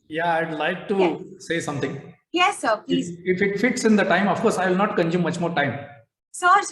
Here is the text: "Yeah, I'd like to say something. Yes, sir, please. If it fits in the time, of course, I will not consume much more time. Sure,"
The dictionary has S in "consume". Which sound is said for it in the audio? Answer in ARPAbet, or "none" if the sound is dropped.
none